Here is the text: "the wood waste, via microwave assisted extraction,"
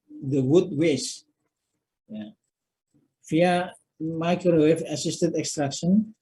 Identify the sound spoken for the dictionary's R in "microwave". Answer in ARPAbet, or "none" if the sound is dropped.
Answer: none